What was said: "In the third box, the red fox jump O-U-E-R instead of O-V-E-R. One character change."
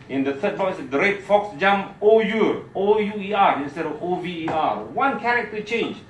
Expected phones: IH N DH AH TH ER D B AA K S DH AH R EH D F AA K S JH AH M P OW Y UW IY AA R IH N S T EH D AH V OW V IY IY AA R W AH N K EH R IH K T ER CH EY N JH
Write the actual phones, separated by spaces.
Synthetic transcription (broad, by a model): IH N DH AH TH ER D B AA S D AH R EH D F AA K S JH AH M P OW Y UW IY AA R IH N S T EH D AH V OW V IY IY AA R W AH N K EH R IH K T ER CH EY N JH